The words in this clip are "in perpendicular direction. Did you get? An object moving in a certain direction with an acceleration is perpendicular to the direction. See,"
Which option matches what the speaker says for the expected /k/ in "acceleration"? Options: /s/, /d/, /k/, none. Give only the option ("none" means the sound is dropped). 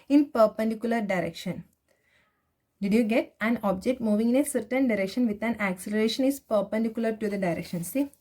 /k/